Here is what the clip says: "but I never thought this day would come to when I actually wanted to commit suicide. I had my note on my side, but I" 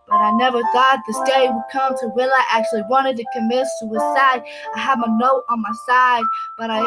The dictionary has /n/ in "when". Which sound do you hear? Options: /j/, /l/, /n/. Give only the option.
/l/